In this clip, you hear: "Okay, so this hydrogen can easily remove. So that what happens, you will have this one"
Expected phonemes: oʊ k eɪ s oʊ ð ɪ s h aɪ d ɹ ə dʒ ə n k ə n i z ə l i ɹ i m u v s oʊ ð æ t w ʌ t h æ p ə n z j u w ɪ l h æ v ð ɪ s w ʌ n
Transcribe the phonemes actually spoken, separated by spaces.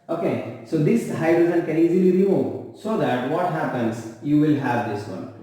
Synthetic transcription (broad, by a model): oʊ k eɪ s oʊ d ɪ s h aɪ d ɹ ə z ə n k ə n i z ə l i ɹ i m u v s oʊ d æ t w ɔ t h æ p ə n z j u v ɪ l h æ v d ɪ s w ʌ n